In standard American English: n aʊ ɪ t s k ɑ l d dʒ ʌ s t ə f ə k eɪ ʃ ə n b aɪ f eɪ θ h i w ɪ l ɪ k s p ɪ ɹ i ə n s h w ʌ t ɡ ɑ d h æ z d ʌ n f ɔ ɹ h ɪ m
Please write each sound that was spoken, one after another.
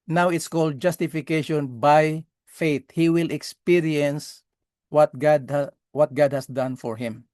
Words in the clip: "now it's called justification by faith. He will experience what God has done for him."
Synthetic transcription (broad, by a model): n aʊ ɪ t s k ɑ l d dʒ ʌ s t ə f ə k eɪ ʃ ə n b aɪ f eɪ t h i w ɪ l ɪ k s p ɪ ɹ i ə n s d w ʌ t ɡ ɑ d h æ s d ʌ n f ɔ ɹ h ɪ m